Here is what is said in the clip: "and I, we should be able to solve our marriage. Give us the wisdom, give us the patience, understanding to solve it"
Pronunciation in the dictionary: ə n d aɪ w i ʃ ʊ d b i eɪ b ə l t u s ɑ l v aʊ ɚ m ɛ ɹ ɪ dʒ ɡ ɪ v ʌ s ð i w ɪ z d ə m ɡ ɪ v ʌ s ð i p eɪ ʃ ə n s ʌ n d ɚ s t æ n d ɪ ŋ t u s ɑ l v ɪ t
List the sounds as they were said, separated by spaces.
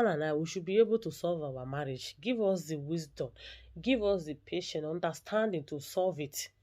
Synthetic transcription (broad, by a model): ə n aɪ w i ʃ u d b i eɪ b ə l t u s ɑ l v aʊ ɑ m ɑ ɹ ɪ dʒ ɡ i v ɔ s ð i w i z d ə m ɡ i v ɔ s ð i p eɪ ʃ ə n ɔ n d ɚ s t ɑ n d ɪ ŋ t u s ɑ l v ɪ t